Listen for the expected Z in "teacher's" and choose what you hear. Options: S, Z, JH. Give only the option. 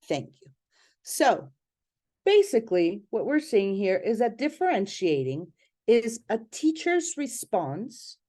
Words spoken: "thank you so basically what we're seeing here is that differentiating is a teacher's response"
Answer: Z